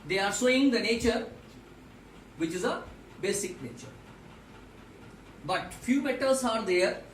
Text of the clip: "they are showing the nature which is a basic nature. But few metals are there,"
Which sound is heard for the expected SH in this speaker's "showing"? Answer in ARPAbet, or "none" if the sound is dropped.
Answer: S